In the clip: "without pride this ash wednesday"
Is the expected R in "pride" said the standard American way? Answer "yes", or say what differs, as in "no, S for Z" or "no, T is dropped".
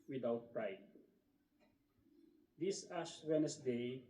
yes